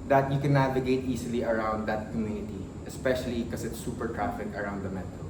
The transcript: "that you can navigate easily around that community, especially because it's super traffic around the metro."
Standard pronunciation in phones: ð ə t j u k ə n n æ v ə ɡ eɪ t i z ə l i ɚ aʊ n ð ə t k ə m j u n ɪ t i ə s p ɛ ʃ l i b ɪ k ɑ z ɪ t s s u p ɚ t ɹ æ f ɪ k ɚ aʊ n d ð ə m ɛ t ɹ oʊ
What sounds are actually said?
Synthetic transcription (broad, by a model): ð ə t j u k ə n n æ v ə ɡ eɪ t i s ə l i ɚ aʊ n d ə t k ə m j u n ɪ t i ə s p ɛ ʃ i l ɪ k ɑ s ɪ t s s u p ɚ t ɹ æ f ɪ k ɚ aʊ n d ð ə m ɛ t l